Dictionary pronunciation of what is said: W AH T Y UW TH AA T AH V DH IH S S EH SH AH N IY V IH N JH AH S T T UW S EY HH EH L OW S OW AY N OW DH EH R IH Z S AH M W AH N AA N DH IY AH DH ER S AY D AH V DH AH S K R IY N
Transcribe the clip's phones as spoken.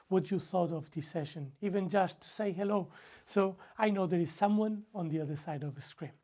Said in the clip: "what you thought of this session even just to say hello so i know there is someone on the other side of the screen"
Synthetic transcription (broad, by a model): W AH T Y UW TH AA T AH V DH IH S S EH SH AH N IY V IH N JH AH S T T UW S EY HH EH L OW S OW AY N OW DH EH R IH Z S AH M W AH N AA N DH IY AH DH ER S AY D AH V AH S K R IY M